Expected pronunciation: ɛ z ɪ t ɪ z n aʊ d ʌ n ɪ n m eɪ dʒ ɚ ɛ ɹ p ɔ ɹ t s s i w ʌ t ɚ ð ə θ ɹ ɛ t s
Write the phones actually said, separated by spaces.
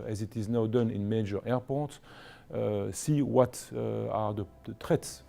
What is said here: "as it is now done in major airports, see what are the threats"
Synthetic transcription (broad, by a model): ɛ z ɪ t ɪ z n aʊ d ʌ n ɪ n m eɪ dʒ ɚ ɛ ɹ p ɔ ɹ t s s i w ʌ t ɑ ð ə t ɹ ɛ t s